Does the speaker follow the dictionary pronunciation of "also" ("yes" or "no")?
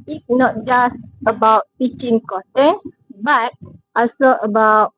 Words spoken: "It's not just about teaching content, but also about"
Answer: no